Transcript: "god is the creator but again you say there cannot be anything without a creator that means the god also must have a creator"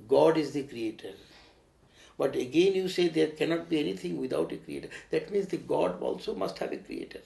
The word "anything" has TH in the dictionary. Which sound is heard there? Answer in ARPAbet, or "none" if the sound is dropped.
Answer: T